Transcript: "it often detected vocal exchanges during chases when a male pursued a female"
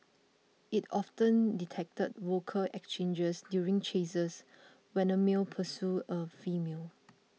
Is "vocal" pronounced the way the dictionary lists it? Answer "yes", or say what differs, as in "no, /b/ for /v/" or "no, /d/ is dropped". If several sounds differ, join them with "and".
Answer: no, /w/ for /v/